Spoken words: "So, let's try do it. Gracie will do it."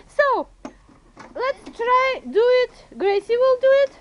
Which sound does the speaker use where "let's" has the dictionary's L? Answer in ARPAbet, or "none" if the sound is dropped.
L